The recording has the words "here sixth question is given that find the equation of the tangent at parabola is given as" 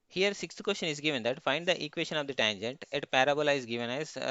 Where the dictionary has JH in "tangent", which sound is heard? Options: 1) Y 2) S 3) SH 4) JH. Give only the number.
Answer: 4